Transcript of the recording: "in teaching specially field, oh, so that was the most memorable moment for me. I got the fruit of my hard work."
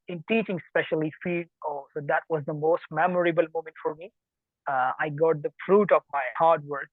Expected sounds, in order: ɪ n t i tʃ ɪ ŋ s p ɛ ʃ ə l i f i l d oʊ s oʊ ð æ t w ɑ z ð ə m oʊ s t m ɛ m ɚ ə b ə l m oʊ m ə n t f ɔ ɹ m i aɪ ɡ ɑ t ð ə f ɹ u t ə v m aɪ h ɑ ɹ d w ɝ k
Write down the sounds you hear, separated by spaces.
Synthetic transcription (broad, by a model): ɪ n t i tʃ ɪ ŋ s p ɛ ʃ ə l i f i d oʊ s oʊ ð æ t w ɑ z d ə m oʊ s t m ɛ m ɚ ə b ə l m oʊ m ə n t f ɔ ɹ m i aɪ ɡ ɑ t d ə f ɹ u t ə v m aɪ h ɑ ɹ d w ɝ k